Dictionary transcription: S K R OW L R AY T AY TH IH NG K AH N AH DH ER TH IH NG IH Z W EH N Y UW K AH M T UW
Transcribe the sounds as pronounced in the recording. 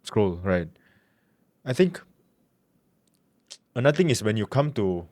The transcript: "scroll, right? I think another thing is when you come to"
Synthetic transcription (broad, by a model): S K R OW L R AY T AY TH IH NG K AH N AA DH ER T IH NG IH S W EH N Y UW K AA M T UW